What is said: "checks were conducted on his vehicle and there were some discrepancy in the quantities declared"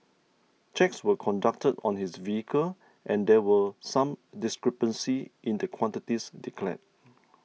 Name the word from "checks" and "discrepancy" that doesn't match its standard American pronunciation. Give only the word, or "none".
none